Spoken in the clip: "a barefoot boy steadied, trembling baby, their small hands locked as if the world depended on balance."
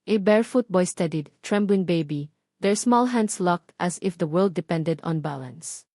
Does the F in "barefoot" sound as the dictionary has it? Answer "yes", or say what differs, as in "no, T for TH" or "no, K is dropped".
yes